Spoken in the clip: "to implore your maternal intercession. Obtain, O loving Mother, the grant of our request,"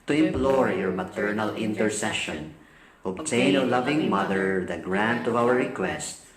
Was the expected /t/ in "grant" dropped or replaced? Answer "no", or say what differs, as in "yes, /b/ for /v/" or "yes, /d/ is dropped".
no